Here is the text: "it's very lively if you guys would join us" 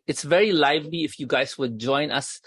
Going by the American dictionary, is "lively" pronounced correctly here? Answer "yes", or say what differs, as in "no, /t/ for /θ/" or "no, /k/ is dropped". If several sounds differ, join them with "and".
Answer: yes